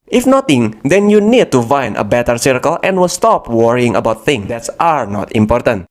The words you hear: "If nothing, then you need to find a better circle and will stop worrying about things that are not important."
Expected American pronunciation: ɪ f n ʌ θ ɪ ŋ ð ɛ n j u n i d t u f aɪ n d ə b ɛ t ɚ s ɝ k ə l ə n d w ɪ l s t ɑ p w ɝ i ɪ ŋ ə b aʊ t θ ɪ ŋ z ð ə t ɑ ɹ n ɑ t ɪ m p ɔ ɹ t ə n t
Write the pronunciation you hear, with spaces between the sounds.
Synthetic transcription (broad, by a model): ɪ f n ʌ t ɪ ŋ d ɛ n j u n i d t u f aɪ n ə b ɛ t ɚ s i k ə l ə n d w ɪ l s t ɑ p w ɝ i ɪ ŋ ə b aʊ t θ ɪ ŋ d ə t ɑ ɹ n ɑ t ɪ m p ɔ ɹ t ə n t